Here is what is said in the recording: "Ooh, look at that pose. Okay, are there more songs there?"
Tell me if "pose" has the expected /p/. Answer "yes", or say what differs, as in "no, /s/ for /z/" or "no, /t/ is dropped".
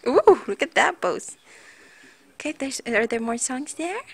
no, /b/ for /p/